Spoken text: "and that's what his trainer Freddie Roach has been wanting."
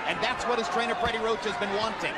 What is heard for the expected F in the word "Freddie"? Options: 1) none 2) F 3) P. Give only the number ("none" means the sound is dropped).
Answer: 3